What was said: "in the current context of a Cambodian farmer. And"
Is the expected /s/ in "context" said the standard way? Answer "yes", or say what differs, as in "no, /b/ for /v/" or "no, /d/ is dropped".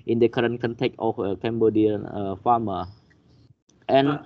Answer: no, /s/ is dropped